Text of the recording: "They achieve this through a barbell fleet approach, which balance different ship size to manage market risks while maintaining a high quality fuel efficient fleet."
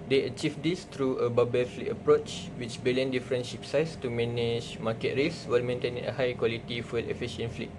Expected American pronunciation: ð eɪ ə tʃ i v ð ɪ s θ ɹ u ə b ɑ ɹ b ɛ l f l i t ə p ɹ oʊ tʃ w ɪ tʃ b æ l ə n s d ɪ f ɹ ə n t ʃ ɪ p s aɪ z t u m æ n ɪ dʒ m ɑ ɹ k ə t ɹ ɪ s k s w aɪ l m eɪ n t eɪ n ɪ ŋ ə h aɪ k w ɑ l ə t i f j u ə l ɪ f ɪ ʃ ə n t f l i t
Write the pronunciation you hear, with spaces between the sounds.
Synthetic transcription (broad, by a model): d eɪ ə tʃ i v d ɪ s t ɹ u ə b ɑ b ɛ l f l i t ə p ɹ oʊ tʃ w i tʃ b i l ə n d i f ɹ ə n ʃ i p s aɪ s t u m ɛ n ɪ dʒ m ɑ k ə t ɹ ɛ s s w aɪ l m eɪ n t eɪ n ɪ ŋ ə h aɪ k w ɑ l ə t i f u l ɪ f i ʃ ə n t f l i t